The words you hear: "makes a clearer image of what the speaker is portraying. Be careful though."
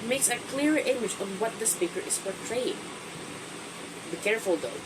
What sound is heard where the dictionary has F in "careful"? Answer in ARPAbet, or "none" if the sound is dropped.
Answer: F